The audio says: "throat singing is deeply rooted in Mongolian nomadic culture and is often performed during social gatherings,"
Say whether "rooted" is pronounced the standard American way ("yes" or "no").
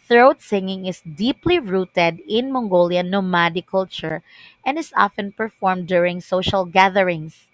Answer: yes